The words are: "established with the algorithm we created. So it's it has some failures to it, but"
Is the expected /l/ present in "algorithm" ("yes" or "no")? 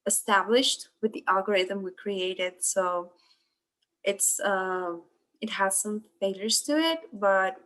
yes